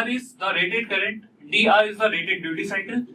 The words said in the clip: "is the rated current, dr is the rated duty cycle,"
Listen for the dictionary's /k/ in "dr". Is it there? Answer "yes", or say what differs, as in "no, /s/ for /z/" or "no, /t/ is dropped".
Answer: no, /k/ is dropped